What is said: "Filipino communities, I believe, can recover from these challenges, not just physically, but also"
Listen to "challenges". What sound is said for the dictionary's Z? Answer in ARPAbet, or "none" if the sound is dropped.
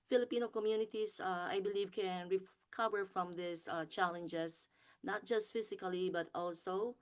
S